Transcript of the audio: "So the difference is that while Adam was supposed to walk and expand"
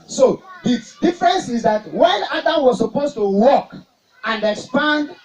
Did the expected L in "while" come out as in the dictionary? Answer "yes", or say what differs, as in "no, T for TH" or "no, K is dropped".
no, N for L